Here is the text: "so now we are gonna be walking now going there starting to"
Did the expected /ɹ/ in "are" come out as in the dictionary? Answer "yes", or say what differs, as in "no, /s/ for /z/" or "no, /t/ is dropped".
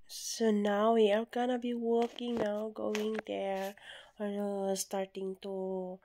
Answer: no, /l/ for /ɹ/